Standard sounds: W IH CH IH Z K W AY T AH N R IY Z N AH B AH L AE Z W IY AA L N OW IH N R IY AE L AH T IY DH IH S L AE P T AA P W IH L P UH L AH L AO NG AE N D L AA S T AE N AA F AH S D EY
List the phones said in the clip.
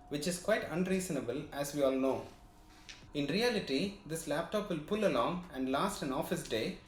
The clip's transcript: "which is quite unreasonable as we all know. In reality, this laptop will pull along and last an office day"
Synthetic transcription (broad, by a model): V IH CH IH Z K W AY T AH N R IY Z N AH B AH L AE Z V IY AA L N OW IH N R IY AE L AH T IY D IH S L AE P T AA P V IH L P UH L AH L AO NG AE N D L AA S T AE N AA F AH S D EY